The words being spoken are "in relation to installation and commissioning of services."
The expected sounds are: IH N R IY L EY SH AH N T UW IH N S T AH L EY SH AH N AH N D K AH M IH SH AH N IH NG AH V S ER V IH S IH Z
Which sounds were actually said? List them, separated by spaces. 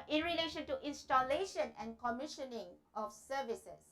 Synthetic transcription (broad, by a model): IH N R IY L EY SH AH N T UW IH N S T AH L EY SH AH N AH N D K AH M IH SH AH N IH NG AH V S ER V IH S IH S